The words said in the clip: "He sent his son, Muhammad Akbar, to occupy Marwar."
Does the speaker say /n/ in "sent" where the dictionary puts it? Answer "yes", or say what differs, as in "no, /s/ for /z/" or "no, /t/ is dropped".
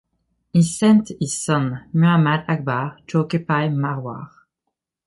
yes